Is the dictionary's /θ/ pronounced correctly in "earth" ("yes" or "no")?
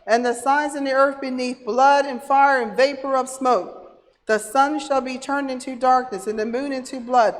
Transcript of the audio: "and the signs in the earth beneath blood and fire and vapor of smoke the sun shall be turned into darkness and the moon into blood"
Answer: yes